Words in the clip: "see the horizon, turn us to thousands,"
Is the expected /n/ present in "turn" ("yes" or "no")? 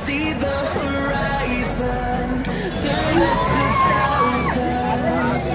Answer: no